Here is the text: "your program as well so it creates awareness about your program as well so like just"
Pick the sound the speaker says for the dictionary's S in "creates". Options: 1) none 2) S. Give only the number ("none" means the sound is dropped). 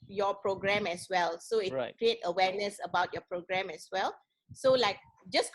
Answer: 1